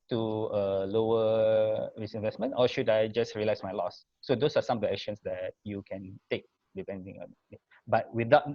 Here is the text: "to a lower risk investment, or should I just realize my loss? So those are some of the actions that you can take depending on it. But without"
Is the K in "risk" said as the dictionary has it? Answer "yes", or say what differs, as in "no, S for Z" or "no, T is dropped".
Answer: no, K is dropped